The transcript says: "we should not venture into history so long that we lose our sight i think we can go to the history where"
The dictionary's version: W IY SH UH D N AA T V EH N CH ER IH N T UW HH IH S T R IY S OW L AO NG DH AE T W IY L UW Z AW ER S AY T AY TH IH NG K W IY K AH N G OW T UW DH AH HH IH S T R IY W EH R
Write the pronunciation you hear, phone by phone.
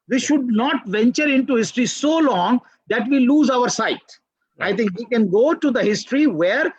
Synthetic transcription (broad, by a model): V IY SH UH D N AA T V EH N CH ER IH N T UW HH IH S T R IY S OW L AO NG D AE T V IY L UW Z AW ER S AY T AY T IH NG K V IY K AH N G OW T UW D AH HH IH S T R IY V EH R